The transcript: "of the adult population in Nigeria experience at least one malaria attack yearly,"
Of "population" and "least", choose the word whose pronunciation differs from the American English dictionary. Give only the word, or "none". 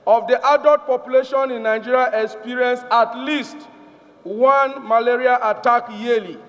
none